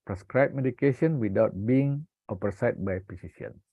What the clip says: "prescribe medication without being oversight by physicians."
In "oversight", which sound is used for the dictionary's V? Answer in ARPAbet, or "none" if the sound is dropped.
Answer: P